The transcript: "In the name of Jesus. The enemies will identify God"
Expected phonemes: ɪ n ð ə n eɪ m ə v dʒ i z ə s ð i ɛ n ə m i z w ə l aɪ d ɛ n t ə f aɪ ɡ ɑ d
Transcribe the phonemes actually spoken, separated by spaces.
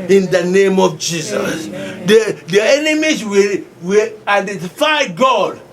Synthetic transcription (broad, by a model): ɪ n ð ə n eɪ m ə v dʒ i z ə s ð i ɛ n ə m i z w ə w aɪ d ɛ n t ə f aɪ ɡ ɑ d